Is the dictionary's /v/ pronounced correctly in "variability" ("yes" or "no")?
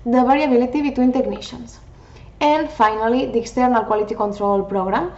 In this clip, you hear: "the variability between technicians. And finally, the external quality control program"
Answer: no